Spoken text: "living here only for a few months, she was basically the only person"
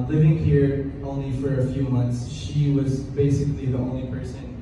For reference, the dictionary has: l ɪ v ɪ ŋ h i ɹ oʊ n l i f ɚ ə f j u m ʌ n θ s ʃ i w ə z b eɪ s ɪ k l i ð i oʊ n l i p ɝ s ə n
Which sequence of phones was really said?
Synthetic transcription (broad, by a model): l ɪ v ɪ ŋ h i ɹ oʊ n l i f ɚ ə f j u m ʌ n θ s ʃ i w ə z b eɪ s ɪ k l i ð i oʊ n l i p ɝ s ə n